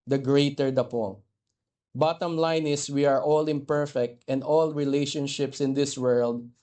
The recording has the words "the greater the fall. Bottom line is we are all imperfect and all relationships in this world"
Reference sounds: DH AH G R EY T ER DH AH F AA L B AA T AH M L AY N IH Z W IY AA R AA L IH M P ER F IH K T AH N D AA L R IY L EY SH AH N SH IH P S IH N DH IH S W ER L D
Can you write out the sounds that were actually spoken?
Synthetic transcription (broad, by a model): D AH G R EY T ER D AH P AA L B AA T AH M L AY N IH S W IY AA R AA L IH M P ER F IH K T AH N D AA L R IY L EY SH AH N SH IH P S IH N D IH S W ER L D